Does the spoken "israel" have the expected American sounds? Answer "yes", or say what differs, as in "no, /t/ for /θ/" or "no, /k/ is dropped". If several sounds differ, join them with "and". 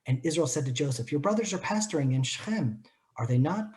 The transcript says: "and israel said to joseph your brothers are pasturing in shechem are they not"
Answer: yes